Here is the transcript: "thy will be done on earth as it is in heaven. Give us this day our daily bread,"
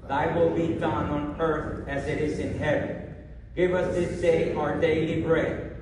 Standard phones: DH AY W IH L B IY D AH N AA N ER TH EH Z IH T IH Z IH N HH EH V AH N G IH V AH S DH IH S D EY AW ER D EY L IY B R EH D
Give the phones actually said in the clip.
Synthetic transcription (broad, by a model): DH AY W IH L B IY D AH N AA N ER TH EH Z IH T IH Z IH N HH EH V AH N G IH V AH S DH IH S D EY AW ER D EY L IY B R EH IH